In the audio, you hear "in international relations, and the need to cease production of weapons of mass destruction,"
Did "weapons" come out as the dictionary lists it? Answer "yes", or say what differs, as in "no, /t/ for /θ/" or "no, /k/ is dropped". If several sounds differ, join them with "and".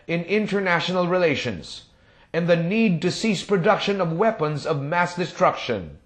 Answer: yes